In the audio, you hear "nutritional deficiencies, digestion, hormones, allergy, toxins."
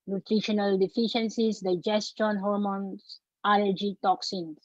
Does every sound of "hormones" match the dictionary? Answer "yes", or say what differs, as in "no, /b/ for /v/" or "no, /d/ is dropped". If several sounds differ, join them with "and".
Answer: no, /s/ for /z/